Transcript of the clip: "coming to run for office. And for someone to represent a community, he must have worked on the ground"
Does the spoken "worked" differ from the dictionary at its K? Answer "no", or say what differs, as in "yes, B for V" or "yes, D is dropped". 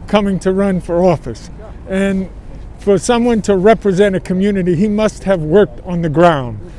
no